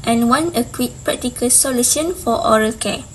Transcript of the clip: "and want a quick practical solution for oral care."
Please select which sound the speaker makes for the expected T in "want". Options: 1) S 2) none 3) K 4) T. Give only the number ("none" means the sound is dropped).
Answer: 2